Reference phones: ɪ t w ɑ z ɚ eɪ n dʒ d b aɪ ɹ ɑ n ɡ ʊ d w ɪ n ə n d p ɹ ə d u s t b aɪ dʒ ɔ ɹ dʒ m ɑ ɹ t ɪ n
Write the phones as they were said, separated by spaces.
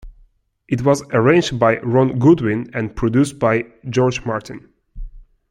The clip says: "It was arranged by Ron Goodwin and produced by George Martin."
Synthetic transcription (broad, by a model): ɪ t w ɑ z ɚ eɪ n dʒ d b aɪ ɹ ɑ n ɡ ʊ d w ɪ n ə n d p ɹ ə d u s t b aɪ dʒ ɔ ɹ dʒ m ɑ ɹ t ɪ n